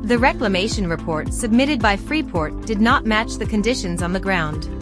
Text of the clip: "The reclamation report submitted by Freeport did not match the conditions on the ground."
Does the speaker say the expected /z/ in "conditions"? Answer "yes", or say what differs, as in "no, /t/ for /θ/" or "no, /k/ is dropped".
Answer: yes